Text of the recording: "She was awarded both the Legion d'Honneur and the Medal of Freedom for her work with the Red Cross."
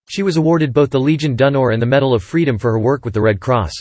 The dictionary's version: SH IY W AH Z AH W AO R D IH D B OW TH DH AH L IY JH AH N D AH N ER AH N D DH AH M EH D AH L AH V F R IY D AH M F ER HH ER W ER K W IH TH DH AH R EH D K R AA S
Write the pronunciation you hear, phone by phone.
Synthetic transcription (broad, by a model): SH IY W AH Z AH W AO R D IH D B OW TH DH AH L IY JH AH N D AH N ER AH N DH AH M EH D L AH V F R IY D AH M F ER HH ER W ER K W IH DH AH R EH D K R AA S